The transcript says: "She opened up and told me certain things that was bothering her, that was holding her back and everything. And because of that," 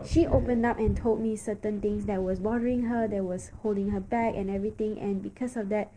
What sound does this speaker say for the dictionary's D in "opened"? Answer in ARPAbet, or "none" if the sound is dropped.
D